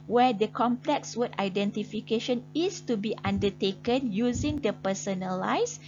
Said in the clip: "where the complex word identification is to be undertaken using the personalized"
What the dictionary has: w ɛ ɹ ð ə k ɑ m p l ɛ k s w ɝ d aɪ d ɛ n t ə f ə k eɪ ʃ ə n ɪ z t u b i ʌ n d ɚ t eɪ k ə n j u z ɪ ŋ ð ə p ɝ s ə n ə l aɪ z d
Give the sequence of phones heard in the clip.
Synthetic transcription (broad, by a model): w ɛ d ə k ɑ m p l ɛ k s w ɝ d aɪ d ɛ n t ə f ə k eɪ ʃ ə n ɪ s t u b i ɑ n d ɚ t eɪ k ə n j u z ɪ ŋ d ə p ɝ s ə n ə l aɪ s